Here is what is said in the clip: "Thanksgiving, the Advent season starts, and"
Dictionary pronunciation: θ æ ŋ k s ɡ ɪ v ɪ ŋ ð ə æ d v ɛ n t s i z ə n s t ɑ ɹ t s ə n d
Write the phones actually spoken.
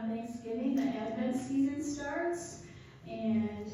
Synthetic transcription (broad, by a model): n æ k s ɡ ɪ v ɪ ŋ ð ə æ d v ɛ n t s i z ə n s t ɑ ɹ t s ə n